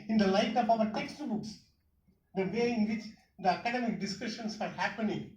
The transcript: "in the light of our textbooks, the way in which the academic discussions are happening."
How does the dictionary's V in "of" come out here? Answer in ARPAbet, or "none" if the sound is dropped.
P